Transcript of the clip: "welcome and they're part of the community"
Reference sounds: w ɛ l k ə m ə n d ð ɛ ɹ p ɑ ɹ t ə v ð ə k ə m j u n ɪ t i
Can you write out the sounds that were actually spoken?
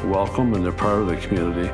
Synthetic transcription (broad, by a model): w ɛ l k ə m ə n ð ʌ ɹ p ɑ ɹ ə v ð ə k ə m j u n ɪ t i